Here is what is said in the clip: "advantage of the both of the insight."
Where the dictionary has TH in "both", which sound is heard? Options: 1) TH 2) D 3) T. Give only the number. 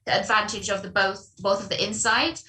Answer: 1